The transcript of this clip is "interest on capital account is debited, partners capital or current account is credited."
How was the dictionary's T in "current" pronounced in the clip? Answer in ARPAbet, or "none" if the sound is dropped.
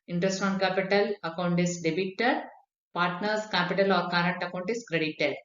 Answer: T